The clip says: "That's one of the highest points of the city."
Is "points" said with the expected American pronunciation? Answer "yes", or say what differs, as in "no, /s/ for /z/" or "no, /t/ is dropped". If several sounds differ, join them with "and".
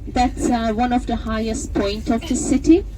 no, /s/ is dropped